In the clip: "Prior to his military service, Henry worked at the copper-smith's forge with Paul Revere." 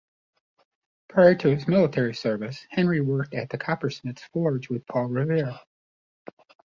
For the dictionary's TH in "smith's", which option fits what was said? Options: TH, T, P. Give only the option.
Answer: T